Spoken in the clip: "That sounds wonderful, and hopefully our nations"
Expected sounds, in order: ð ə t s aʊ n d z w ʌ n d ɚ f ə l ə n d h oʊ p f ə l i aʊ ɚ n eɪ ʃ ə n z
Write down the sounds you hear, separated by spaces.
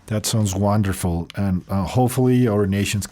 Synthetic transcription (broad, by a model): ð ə t s aʊ n d z w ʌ n d ɚ f l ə n h oʊ p f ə l i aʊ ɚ n eɪ ʃ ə n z